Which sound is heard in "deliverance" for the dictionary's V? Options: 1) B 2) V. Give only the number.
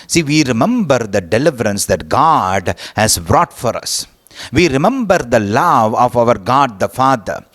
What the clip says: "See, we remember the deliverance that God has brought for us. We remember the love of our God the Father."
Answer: 2